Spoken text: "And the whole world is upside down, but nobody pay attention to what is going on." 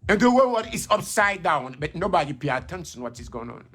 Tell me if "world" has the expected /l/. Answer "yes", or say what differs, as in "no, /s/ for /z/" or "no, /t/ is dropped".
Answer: no, /l/ is dropped